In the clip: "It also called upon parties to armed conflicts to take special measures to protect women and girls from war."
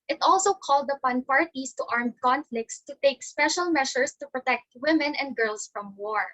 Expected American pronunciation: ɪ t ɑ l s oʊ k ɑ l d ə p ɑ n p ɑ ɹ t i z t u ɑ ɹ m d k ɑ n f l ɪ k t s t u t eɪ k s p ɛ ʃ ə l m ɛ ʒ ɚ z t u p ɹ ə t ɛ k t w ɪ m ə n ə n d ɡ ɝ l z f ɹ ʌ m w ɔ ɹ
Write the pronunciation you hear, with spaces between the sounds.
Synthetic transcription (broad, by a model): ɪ t ɑ l s oʊ k ɑ l d ə p ɑ n p ɑ ɹ t i s t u ɑ ɹ m d k ɑ n f l ɪ k t s t u t eɪ k s p ɛ ʃ ə l m ɛ ʃ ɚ s t u p ɹ ə t ɛ k t w ɪ m ə n ə n d ɡ ɝ l s f ɹ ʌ m w ɔ ɹ